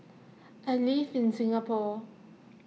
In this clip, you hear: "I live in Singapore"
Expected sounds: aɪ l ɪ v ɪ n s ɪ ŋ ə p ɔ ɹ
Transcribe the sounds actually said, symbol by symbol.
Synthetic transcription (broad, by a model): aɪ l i f ɪ n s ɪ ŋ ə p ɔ